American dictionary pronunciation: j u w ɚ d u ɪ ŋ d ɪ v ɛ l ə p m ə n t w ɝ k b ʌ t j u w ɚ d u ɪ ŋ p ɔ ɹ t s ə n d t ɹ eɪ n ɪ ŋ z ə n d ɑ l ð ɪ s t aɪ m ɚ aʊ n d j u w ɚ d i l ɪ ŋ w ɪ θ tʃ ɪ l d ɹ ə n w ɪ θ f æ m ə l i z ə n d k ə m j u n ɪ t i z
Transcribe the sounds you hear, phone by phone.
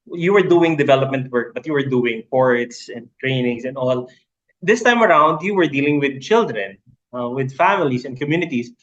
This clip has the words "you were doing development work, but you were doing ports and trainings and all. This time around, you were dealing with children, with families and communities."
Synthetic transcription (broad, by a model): j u w ɚ d u ɪ ŋ d ɪ v ɛ l ə p m ə n t w ɝ k b ʌ t j u w ɚ d u ɪ ŋ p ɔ ɹ t s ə n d t ɹ eɪ n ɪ ŋ s ə n d ɑ l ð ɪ s t aɪ m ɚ aʊ n d j u w ɚ d i l ɪ ŋ w ɪ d tʃ ɪ l d ɹ ə n w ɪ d f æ m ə l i s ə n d k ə m j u n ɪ t i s